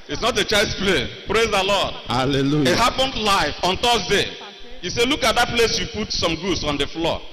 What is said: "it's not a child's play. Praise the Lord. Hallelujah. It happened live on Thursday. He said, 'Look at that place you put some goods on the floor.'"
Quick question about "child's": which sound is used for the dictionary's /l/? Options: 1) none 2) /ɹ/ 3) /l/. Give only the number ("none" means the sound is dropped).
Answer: 1